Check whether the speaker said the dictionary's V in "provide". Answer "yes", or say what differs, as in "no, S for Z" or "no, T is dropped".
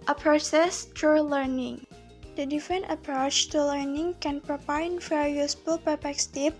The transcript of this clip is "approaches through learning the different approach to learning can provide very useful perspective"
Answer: no, P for V